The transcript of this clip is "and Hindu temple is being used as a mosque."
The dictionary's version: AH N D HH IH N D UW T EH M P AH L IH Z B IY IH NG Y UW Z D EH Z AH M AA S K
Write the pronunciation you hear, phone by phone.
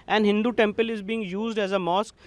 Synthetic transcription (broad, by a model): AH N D HH IH N D UW T EH M P AH L IH Z B IY IH NG Y UW Z D EH Z AH M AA S K